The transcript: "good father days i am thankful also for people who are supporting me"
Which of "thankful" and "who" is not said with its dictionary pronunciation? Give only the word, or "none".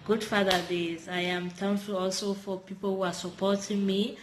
thankful